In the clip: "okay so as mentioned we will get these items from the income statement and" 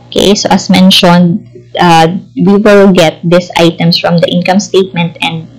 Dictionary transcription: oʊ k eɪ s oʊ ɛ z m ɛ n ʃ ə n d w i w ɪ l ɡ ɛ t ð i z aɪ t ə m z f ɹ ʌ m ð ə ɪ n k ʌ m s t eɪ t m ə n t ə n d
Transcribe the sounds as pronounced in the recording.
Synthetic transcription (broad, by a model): k eɪ s oʊ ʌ s m ɛ n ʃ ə n d w i w ɪ l ɡ ɛ t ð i s aɪ t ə m s f ɹ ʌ m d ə ɪ n k ʌ m s t eɪ t m ə n t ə n d